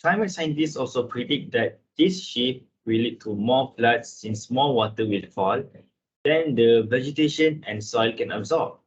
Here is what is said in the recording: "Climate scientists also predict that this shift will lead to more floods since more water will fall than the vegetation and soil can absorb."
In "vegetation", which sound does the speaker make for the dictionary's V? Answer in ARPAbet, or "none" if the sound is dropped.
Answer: V